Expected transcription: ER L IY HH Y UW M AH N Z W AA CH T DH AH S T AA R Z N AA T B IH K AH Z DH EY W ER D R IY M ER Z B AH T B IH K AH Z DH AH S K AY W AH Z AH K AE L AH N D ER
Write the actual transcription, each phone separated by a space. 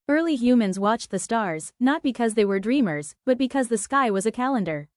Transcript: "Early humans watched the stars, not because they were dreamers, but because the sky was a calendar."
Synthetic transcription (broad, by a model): ER L IY HH Y UW M AH N Z W AA CH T DH AH S T AA R Z N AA T B IH K AH Z DH EY W ER D R IY M ER Z B AH T B IH K AH Z DH AH S K AY W AH Z AH K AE L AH N D ER